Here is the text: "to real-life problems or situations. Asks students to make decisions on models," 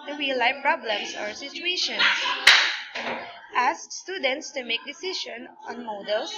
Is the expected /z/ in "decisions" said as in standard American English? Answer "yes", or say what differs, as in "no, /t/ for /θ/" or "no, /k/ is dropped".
no, /z/ is dropped